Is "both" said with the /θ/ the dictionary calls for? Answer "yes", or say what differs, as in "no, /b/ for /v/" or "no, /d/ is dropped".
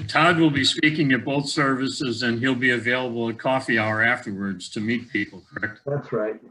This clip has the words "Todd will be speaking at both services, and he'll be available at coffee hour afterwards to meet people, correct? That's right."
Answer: yes